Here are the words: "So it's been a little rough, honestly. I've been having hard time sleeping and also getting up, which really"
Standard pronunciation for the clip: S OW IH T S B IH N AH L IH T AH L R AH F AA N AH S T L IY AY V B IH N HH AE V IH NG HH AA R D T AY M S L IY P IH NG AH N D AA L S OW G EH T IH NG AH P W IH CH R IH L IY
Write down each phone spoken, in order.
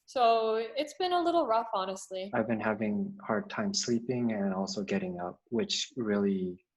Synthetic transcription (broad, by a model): S OW IH T S B IH N AH L IH T L R AH F AA N AH S T L IY AY V B IH N HH AE V IH NG HH AA R D T AY M S L IY P IH NG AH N AA L S OW G EH T IH NG AH P W IH CH R IH L IY